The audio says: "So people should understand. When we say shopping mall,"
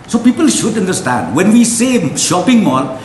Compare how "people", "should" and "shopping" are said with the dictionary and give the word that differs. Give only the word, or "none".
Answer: none